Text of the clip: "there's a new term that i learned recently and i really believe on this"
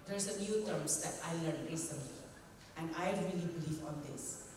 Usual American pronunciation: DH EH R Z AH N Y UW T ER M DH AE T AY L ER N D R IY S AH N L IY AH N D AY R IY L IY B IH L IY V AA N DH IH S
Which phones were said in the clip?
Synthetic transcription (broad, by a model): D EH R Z AH N Y UW T ER M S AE T AY L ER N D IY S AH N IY AH N D AY R IY L IY B IH L IY V AA N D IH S